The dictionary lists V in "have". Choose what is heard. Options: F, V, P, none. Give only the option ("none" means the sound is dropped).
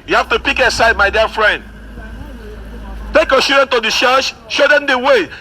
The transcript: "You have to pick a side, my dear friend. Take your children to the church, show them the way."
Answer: F